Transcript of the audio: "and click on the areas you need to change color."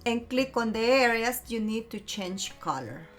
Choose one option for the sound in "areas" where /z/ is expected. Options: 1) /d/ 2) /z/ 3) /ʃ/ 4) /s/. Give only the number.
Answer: 4